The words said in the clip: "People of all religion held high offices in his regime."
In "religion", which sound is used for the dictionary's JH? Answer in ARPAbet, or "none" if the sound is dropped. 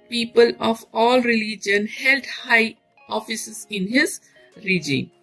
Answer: JH